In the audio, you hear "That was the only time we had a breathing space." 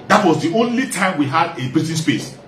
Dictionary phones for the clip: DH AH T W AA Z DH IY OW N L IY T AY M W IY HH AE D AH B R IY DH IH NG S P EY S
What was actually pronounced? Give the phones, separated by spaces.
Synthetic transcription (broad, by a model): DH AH T W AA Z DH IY OW N L IY T AY M W IY HH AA D AH B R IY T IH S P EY S